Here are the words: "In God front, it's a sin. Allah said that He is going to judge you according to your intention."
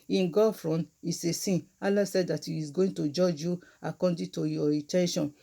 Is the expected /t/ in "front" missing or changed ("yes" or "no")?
yes